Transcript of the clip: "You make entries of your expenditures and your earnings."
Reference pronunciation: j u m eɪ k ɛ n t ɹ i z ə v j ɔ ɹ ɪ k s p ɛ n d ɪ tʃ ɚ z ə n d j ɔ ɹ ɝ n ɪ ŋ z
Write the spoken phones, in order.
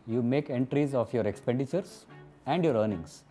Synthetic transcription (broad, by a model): j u m eɪ k ɛ n t ɹ i z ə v j ɔ ɹ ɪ k s p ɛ n d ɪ tʃ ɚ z ə n d j ɔ ɹ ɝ n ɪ ŋ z